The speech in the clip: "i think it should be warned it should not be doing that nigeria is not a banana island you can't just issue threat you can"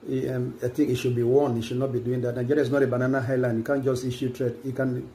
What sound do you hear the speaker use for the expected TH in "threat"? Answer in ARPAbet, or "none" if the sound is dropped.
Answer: T